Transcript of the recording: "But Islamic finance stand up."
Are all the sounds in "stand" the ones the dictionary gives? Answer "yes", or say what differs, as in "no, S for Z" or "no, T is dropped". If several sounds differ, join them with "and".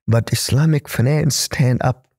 yes